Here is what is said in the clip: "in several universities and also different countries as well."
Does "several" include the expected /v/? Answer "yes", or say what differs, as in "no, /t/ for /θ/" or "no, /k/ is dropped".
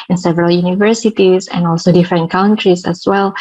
yes